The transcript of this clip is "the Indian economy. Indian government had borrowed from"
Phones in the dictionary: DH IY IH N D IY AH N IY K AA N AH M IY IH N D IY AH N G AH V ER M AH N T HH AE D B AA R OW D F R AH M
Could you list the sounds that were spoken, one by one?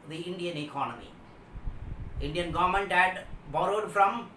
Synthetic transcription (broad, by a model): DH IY IH N D IY AH N IY K AA N AH M IY IH N D IY AH N G AH V ER M AH N T HH AE D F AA L OW D F R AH M